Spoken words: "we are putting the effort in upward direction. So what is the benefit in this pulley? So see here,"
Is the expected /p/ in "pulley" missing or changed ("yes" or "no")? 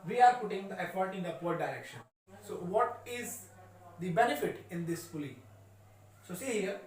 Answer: yes